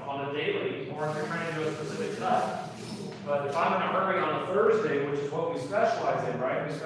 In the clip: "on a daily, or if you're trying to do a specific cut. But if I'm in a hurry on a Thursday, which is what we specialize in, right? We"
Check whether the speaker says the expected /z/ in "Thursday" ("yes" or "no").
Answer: yes